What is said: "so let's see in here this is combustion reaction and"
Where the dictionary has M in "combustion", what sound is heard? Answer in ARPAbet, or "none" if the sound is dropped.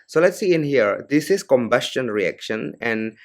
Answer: M